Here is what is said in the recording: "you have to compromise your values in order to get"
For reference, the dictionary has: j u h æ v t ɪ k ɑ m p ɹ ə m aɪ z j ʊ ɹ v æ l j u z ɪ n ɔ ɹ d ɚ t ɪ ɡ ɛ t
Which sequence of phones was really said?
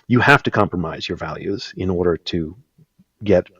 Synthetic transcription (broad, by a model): j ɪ h æ f t ɪ k ɑ m p ɹ ə m aɪ z j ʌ ɹ v æ l j u z ɪ n ɔ ɹ d ɚ t ɪ ɡ ɛ t